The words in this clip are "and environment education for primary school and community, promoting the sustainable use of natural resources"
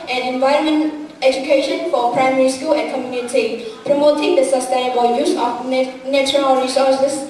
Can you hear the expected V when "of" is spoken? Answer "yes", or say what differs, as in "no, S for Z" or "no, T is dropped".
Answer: no, F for V